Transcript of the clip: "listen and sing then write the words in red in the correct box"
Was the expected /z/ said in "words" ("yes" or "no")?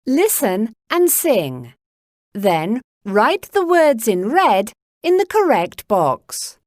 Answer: yes